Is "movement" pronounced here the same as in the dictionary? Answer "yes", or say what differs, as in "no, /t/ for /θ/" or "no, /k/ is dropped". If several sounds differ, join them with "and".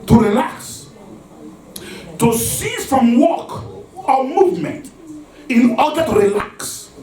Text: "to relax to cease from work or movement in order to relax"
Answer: yes